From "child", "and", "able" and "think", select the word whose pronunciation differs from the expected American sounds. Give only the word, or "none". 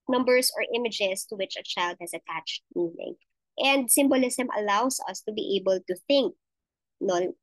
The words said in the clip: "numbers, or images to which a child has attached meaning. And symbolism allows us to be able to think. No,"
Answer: none